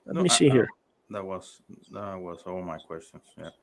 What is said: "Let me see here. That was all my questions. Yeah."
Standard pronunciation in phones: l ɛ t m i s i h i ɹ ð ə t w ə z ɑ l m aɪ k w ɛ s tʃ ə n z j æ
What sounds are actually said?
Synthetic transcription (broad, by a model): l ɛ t m i s i h i ɹ ð ə t w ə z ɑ w m aɪ k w ɛ s tʃ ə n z j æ